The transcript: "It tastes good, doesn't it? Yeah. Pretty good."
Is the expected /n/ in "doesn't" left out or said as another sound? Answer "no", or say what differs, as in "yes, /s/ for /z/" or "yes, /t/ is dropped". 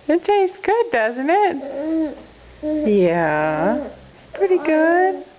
no